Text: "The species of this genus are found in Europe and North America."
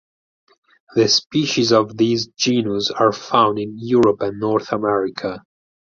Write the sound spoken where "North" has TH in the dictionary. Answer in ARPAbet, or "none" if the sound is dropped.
TH